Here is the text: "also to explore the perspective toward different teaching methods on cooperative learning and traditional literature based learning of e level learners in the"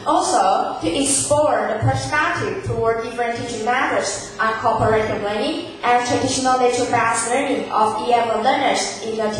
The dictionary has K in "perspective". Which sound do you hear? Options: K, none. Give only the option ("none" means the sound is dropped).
none